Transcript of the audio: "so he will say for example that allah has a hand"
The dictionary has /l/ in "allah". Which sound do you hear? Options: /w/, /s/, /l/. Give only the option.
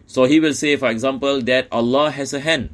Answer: /l/